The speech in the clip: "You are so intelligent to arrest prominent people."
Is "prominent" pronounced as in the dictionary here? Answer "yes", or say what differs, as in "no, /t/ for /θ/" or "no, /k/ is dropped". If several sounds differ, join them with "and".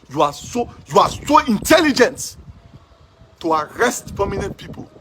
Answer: no, /ɹ/ is dropped